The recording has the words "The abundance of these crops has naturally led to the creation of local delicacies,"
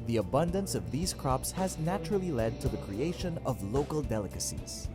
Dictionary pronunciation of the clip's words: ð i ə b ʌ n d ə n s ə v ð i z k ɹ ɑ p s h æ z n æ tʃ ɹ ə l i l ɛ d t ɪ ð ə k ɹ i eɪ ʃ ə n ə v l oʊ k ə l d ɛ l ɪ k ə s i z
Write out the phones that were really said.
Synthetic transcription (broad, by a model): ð i ə b ʌ n d ə n s ə v ð i z k ɹ ɑ p s h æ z n æ tʃ ɹ ə l i l ɛ d t ɪ ð ə k ɹ i eɪ ʃ ə n ə v l oʊ k ə l d ɛ l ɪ k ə s i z